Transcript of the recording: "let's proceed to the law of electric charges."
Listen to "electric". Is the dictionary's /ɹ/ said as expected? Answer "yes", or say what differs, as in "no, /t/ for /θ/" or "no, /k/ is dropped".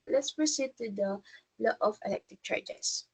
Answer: no, /ɹ/ is dropped